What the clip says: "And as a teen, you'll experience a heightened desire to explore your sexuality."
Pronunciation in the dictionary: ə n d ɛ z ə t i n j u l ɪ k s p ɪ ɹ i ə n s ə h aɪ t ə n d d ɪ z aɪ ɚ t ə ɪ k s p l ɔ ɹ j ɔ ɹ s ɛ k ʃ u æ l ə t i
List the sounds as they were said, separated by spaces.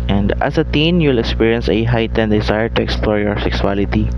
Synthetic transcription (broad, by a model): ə n d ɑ s ə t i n j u l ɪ k s p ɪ ɹ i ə n s ə h aɪ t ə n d d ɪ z aɪ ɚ t ə ɪ k s p l ɔ ɹ j ɔ ɹ s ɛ k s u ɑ l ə t i